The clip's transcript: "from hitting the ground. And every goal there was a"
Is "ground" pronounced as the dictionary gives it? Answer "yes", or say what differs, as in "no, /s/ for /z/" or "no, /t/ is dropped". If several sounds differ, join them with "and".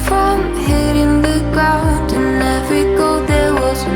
no, /n/ is dropped